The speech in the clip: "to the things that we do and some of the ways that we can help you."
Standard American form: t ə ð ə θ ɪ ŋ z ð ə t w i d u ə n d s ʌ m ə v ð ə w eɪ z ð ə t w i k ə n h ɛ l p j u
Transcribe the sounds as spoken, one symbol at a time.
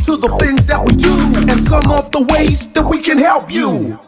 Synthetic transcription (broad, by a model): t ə ð ə θ ɪ ŋ z ð ə t w i d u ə n s ʌ m ə v ð ə w eɪ z ð ə t w i k ə n h ɛ l p j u